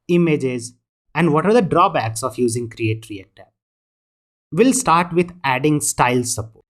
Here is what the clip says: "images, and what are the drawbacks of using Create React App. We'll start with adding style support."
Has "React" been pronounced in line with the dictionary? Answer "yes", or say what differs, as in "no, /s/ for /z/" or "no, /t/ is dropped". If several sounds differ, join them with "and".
no, /k/ is dropped